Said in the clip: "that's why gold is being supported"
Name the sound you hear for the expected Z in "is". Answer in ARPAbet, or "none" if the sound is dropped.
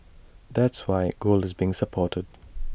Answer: Z